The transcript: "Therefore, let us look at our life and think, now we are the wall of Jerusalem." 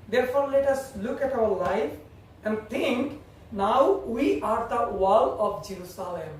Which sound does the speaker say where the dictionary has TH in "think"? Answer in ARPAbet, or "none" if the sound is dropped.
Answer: T